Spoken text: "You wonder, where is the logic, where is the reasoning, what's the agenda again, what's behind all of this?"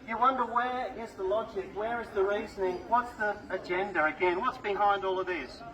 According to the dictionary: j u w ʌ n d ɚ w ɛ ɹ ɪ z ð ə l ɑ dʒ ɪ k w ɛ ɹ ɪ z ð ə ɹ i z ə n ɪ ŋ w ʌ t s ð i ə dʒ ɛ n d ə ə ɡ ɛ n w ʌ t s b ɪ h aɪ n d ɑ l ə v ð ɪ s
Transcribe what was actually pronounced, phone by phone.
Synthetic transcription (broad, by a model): j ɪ w ʌ n d ɚ w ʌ ɹ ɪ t ð ə l ɑ dʒ ɪ k w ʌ ɹ ɪ z ð ə ɹ i z ə n ɪ ŋ w ʌ t s ð i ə dʒ ɛ n d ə ə ɡ ɛ n w ʌ t s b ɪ h aɪ n d ɑ l ə v ð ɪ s